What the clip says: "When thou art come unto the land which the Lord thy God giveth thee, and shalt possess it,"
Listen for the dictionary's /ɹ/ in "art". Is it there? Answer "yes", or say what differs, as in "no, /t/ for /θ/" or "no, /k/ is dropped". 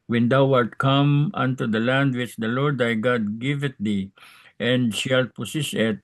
no, /l/ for /ɹ/